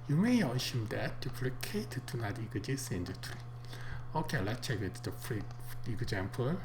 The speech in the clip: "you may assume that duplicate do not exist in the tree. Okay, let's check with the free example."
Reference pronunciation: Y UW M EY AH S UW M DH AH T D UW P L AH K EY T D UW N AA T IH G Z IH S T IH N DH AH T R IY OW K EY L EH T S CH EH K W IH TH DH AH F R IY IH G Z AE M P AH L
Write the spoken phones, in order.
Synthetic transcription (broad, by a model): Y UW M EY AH SH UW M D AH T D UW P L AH K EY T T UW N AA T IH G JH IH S IH N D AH T R IY OW K EY L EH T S CH EH K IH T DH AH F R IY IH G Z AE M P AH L